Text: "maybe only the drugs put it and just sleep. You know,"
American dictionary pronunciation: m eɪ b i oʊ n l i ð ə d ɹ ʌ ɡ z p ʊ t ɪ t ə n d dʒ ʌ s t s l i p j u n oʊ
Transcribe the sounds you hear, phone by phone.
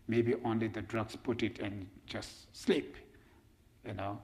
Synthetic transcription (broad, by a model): m eɪ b i oʊ n l i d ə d ɹ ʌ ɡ s p ʊ t ɪ t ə n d dʒ ʌ s t s l i p j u n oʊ